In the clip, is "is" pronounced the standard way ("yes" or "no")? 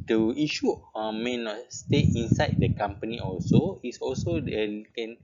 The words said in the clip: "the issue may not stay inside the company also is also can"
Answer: no